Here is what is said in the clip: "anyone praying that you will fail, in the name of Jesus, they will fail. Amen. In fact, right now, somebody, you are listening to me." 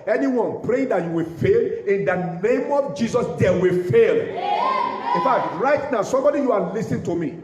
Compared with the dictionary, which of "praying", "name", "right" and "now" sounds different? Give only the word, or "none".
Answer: none